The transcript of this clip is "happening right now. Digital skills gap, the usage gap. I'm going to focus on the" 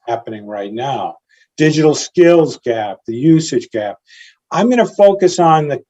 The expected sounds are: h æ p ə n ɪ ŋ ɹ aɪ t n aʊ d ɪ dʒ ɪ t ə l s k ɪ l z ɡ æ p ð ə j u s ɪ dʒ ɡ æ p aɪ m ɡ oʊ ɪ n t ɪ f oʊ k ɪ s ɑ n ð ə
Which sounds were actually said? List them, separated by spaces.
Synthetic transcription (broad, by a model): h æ p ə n ɪ ŋ ɹ aɪ t n aʊ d ɪ dʒ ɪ t l s k ɪ l z ɡ æ p ð ə j u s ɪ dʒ ɡ æ p aɪ m ɡ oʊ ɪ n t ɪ f oʊ k ɪ s n ð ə